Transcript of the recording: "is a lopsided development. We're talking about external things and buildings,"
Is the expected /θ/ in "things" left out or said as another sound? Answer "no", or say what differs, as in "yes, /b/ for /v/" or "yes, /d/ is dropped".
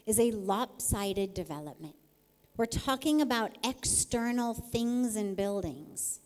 no